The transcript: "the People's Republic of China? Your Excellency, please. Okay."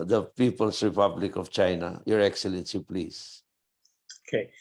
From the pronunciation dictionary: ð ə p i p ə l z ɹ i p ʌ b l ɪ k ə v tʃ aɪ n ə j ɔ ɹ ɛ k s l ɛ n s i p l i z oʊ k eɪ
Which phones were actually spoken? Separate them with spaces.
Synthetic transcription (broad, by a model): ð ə p i p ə l s ɹ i p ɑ b l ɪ k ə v tʃ aɪ n ə j ɔ ɹ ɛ k s l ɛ n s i p l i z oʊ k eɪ